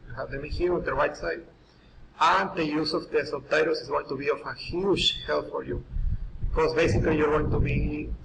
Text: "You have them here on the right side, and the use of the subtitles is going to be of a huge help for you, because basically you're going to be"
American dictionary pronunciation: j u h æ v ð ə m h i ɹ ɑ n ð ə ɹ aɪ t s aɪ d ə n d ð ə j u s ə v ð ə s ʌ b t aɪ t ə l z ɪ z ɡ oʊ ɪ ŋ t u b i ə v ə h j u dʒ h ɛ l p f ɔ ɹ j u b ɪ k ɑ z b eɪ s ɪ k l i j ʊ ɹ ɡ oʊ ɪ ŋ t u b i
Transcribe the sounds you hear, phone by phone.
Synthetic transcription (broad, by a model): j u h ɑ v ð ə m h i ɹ ɑ n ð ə w aɪ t s aɪ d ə n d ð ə j u s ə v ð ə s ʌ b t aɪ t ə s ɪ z ɡ oʊ ɪ ŋ t u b i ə f ə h j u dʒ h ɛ l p f ɔ ɹ j u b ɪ k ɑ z b eɪ s ɪ k l i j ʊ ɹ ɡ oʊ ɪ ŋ t u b i